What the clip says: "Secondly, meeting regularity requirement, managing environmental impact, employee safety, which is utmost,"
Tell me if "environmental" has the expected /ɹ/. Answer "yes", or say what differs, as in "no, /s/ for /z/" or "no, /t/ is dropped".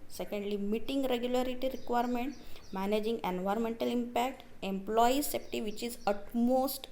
yes